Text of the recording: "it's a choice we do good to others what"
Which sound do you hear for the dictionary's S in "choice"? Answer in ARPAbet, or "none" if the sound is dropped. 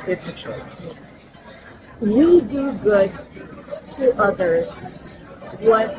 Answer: none